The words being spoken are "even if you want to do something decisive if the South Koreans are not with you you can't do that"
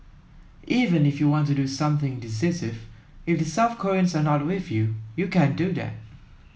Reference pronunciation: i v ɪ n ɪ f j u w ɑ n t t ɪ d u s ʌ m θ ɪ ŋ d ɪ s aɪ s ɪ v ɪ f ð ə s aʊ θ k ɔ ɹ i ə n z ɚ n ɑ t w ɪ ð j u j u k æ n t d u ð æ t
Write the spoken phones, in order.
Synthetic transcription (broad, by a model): i v ɪ n ɪ f j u w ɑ n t t ɪ d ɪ s ʌ m θ ɪ ŋ d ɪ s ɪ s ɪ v ɪ f ð ə s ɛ f k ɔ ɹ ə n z ɚ n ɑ t w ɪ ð j u j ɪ k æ n d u ð æ t